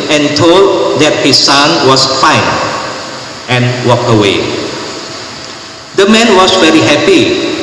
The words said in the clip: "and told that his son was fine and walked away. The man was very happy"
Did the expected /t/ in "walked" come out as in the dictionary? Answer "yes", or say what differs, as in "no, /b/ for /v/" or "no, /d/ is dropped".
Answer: no, /t/ is dropped